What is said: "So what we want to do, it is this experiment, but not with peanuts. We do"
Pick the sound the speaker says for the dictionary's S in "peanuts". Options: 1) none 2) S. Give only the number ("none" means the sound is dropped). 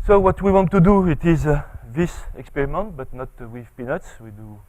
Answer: 2